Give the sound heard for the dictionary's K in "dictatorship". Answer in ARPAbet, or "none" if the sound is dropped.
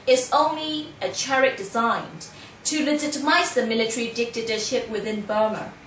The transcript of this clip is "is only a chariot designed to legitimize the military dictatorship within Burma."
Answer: K